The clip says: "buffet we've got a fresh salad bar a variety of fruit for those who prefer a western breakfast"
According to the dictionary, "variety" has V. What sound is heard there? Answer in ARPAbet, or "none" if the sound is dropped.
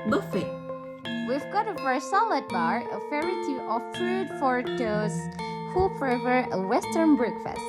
F